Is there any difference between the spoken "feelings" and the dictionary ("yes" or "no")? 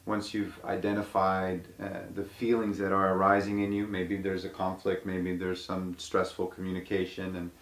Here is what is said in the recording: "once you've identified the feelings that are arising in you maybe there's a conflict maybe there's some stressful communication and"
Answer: no